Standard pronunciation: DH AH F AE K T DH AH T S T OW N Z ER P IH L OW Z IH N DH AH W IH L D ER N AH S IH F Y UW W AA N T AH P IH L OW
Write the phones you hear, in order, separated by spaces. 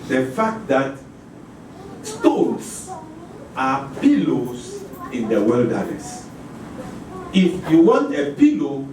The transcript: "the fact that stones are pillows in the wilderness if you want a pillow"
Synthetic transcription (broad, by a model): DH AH F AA K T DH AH T S T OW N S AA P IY L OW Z IH N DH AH W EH L D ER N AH S IH F Y UW W AA N T AH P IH L OW